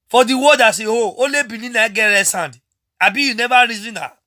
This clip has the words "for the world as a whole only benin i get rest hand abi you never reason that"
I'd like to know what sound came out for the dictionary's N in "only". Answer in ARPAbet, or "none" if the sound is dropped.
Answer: none